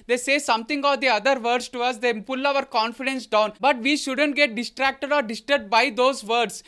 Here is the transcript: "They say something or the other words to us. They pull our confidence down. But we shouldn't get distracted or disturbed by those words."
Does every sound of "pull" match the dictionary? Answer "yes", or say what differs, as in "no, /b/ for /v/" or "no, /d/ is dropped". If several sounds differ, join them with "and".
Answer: yes